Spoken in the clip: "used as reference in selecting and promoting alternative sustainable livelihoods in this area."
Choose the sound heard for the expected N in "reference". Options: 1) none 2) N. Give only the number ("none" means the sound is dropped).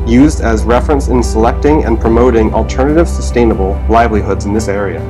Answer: 2